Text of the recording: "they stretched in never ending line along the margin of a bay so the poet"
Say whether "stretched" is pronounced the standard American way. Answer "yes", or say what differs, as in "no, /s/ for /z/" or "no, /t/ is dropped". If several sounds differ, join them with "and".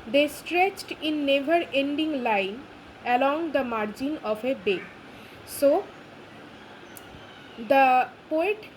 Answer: yes